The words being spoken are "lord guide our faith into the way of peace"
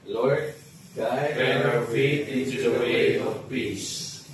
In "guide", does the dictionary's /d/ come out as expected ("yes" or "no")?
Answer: no